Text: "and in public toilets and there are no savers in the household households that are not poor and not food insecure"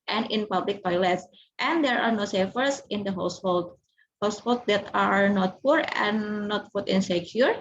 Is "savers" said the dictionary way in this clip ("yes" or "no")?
no